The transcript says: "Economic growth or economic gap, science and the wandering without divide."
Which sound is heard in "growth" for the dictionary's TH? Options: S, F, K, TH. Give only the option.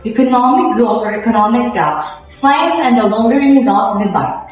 F